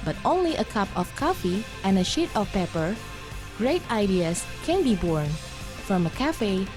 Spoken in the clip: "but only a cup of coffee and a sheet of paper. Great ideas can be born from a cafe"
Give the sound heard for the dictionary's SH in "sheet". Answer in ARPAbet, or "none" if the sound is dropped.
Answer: SH